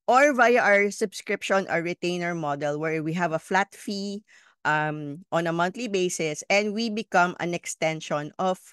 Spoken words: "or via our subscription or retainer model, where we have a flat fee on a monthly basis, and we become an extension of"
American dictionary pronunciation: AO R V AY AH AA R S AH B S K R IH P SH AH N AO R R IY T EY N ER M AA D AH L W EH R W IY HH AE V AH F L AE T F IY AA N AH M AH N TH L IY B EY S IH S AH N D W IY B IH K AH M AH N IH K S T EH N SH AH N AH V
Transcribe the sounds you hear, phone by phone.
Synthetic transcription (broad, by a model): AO R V AY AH AA R S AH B S K R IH P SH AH N AO R R IY T EY N ER M AA D AH L W EH R W IY HH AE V AH F L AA T F IY AA N AH M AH N T L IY B EY S IH S AH N D W IY B IH K AH M AH N IH K S T EH N SH AH N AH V